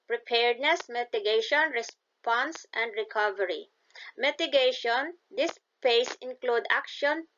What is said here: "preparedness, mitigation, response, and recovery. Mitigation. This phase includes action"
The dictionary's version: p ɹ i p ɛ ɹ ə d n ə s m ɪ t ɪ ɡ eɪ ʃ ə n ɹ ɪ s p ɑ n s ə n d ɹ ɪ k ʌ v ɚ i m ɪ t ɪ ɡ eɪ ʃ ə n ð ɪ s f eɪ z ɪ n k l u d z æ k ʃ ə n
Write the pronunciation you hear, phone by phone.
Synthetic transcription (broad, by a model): p ɹ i p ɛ ɹ d n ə s m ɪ t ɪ ɡ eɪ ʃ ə n ɹ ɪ s p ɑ n s ə n d ɹ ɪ k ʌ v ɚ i m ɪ t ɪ ɡ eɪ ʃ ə n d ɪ s p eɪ s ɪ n k l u d æ k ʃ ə n